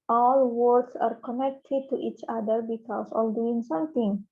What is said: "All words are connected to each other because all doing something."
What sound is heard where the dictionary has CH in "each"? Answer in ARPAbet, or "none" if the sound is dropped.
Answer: CH